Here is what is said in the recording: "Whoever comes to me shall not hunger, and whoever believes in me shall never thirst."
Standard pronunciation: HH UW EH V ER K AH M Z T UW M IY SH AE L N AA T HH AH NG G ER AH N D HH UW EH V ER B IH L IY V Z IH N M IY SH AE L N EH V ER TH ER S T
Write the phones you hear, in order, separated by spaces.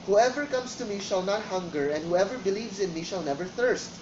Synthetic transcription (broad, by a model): HH UW EH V ER K AH M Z T UW M IY SH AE L N AA T HH AH NG G ER AH N D HH UW EH V ER B IH L IY V Z IH N M IY SH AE L N EH V ER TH ER S T